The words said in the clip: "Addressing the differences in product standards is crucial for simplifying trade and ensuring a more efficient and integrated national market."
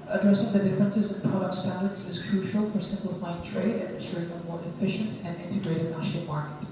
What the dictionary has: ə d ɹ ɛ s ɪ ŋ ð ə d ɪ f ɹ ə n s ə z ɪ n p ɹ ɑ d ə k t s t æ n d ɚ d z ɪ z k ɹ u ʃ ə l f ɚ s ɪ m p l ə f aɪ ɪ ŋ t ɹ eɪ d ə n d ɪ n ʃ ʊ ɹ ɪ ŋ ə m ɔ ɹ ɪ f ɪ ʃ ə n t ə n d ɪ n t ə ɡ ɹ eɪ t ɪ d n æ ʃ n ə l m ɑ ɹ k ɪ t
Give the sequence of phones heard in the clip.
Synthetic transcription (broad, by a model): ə d ɹ ɛ s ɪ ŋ ð ə d ɪ f ɹ ə n s ə z ɪ n p ɹ ɑ d ə k t s t æ n d ɚ d z ɪ z k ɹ u ʃ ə l f ɚ s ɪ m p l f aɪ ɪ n t ɹ eɪ d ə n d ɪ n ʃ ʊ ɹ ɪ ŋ ə m ɔ ɹ ɪ f ɪ ʃ ə n t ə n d ɪ n t ə ɡ ɹ eɪ t ɪ d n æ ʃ ə m ɑ ɹ k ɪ t